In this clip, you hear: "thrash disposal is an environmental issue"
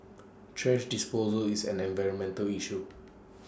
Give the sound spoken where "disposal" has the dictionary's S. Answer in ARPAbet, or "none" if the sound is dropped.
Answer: S